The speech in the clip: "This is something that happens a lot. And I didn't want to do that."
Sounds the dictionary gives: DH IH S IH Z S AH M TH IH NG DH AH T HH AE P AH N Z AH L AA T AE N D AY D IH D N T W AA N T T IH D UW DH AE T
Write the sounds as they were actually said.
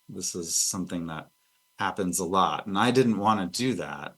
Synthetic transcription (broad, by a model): DH IH S IH Z S AH M TH IH NG DH AH T HH AE P AH N Z AH L AA T N AY D IH D N T W AA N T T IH D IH DH AE T